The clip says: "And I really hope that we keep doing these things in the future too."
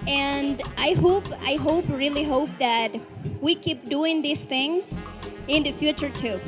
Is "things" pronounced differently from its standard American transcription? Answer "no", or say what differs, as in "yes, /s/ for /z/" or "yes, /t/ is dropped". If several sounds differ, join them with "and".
no